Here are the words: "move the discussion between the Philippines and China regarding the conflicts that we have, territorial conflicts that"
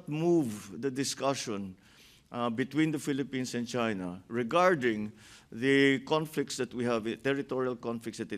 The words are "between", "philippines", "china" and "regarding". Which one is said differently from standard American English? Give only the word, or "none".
philippines